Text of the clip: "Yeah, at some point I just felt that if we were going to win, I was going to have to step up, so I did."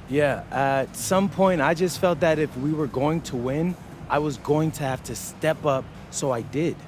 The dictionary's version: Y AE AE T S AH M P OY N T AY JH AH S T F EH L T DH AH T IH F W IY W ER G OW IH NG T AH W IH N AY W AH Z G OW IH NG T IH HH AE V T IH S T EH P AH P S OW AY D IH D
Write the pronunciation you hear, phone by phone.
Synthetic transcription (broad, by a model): Y AE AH T S AH M P OY N T AY JH AH S T F EH L T DH AH T IH F W IY W ER G OW IH NG T AH W IH N AY W AH Z G OW IH NG T IH HH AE F T IH S T EH P AH P S OW AY D IH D